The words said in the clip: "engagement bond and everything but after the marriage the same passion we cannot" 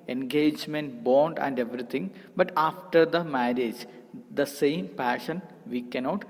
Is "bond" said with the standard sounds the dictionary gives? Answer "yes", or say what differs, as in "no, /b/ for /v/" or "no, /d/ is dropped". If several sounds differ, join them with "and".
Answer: yes